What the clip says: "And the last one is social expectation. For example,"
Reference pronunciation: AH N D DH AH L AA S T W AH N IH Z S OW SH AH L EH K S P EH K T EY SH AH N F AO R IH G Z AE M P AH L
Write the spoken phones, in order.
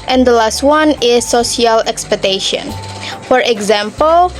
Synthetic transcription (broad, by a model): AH N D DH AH L AA S T W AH N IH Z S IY AH L EH K S P EH K T EY SH AH N F AO R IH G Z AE M P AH L